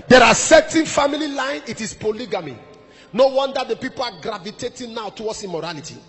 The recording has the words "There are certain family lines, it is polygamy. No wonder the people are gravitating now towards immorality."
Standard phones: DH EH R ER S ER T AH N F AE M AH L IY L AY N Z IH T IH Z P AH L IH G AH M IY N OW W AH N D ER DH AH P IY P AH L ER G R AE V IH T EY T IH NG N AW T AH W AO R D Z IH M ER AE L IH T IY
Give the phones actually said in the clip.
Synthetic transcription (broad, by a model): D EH R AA S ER T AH N F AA M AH L IY L AY N IH T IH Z P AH L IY G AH M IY N OW W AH N D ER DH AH P IY P AH L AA G R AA V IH T EY T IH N N AW T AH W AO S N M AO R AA L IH T IY